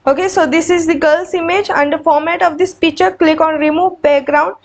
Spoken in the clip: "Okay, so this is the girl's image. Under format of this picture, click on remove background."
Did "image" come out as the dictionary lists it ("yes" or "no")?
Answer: yes